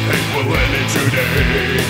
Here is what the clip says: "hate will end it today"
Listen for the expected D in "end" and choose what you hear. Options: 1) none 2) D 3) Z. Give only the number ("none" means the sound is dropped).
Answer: 1